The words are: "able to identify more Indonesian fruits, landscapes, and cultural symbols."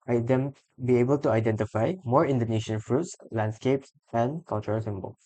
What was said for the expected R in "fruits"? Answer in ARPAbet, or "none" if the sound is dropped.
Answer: R